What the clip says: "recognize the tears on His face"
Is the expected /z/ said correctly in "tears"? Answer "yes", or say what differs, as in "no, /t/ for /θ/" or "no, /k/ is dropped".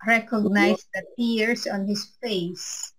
no, /s/ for /z/